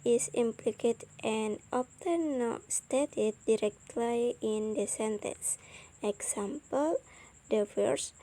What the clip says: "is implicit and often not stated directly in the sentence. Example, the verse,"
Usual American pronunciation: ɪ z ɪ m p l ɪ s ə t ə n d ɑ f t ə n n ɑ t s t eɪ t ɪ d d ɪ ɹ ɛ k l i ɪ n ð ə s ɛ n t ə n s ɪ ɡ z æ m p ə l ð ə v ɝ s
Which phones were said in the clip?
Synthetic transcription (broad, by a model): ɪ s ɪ m p l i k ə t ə n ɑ p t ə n n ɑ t s t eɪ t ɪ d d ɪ ɹ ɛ k l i ɪ n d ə s ɛ n t ə n s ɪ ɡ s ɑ m p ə l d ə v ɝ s